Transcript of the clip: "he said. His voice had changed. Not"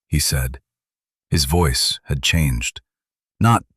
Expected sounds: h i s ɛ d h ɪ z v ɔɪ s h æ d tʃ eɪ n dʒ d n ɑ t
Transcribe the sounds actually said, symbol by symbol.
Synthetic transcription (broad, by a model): h i s ɛ d h ɪ z v ɔɪ s h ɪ d tʃ eɪ n dʒ d n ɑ t